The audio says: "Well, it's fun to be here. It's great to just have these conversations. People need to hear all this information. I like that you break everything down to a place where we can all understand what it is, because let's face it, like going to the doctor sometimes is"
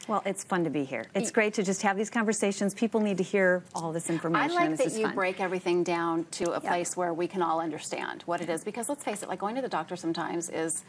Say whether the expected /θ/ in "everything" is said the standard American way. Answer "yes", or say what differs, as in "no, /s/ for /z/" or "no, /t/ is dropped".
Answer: yes